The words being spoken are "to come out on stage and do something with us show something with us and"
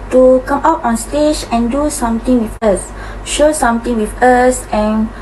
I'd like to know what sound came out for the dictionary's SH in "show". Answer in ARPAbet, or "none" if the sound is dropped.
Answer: SH